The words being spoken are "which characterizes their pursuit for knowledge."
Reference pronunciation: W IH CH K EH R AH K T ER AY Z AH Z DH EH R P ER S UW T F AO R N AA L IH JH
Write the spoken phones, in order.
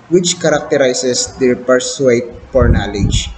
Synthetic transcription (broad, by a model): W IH CH K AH R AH K T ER AY S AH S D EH R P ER S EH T P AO R N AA L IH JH